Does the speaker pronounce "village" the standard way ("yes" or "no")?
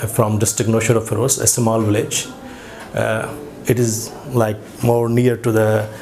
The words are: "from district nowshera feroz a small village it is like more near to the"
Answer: yes